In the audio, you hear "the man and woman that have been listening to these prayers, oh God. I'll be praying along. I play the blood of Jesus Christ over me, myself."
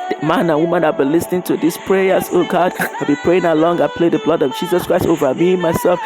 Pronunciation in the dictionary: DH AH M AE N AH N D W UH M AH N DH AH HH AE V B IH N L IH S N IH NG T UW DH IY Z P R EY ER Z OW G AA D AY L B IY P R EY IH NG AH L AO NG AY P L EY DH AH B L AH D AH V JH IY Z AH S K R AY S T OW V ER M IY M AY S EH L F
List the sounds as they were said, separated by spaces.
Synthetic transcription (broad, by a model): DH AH M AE N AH N W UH M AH N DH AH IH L B IH N L IH S N IH NG T UW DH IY S P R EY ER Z OW G AA D AY L B IY P R EY IH NG AH L AO NG AY P L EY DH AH B L AH D AH V JH IY Z AH S K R AY S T OW V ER M IY M AY S EH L F